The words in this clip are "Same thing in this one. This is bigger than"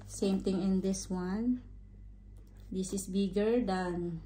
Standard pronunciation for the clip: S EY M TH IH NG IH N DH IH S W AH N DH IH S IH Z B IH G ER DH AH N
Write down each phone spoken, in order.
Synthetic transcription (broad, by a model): S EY M T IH NG IH N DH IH S W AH N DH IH S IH S B IH G ER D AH N